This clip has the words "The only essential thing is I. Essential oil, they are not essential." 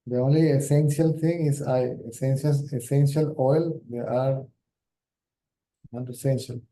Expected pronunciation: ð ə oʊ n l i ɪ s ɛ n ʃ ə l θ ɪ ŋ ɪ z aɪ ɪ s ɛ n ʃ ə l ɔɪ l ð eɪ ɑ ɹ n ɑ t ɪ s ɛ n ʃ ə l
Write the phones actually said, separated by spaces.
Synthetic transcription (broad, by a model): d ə oʊ n l i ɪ s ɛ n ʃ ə l t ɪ ŋ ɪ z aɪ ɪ s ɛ n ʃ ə l ɔɪ l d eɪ ɑ ɹ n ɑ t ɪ s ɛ n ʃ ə l